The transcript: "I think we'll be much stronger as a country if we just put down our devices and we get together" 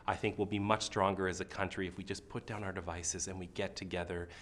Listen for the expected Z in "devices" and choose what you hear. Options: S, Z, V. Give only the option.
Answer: Z